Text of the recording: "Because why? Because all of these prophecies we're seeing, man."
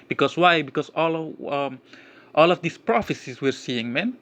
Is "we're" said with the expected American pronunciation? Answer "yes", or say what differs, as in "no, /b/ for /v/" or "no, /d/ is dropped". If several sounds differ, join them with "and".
yes